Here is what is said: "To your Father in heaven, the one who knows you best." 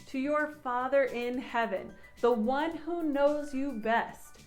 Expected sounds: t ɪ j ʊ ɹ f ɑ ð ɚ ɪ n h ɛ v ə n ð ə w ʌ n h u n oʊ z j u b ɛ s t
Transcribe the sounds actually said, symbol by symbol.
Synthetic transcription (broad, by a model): t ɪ j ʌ ɹ f ɑ ð ɚ ɪ n h ɛ v ə n ð ə w ʌ n h u n oʊ z j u b ɛ s t